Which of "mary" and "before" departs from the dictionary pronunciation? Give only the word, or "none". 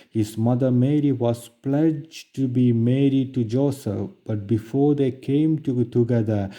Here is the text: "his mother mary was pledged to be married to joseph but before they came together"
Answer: none